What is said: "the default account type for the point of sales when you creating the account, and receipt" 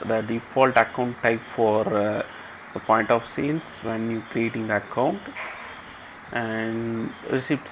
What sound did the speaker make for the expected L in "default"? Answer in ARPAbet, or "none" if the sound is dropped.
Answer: L